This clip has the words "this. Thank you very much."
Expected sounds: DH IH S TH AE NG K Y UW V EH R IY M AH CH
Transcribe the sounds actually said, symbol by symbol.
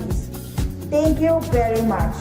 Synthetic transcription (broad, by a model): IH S T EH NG K Y UW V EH R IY M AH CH